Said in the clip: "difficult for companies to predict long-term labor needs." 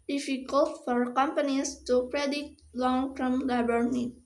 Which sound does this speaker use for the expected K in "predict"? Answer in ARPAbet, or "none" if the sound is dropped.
none